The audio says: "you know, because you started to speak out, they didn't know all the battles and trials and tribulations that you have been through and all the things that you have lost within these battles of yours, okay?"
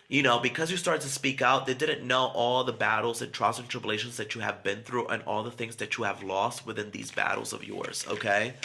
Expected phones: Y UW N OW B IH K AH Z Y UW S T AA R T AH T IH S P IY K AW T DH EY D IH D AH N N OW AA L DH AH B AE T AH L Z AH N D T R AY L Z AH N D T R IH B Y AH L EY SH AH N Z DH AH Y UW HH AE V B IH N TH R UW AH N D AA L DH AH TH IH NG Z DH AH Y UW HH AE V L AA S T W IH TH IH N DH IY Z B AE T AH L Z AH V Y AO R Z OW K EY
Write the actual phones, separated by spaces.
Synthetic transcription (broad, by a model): Y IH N OW B IH K AH Z Y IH S T AA R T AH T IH S P IY K AW T DH EY D IH D N N OW AA L DH AH B AE T L Z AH N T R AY Z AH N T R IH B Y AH L EY SH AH N Z DH AH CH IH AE V B IH N TH R UW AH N AA L DH AH TH IH NG Z DH AH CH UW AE V L AA S T W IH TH IH N DH IY Z B AE T L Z AH V Y AO R Z OW K EY